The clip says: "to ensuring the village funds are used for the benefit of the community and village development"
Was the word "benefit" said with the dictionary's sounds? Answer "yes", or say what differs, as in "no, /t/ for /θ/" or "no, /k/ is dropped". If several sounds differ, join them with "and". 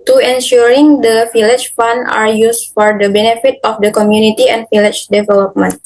yes